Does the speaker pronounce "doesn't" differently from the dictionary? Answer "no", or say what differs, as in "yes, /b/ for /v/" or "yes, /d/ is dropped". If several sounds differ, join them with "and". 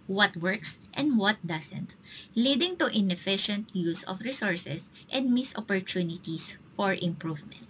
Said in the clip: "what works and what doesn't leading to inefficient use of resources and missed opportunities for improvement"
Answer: yes, /s/ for /z/